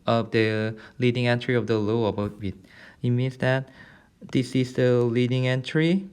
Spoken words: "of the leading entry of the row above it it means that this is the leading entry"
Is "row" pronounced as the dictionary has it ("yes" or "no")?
no